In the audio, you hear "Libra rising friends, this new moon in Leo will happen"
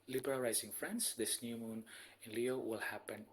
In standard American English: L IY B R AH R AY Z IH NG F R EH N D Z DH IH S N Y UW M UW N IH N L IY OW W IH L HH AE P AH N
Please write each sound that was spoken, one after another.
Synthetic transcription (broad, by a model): L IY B R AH L AY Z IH NG F R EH N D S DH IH S N Y UW M UW N IH N L IY OW W IH L HH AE P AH N